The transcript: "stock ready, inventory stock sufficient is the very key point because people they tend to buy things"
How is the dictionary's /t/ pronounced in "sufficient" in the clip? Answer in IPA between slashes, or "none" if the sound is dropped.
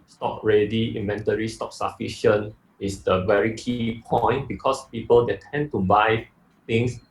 none